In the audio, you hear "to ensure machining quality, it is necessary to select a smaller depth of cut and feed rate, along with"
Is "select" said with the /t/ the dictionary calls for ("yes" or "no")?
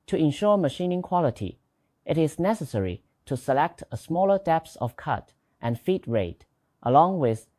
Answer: yes